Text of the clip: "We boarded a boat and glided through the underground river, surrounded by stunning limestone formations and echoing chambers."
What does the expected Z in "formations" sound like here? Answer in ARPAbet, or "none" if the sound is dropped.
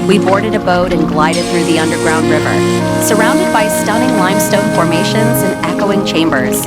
Z